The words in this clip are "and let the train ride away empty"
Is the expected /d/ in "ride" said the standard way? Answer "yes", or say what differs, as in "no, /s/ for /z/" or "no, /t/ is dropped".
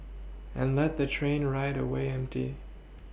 yes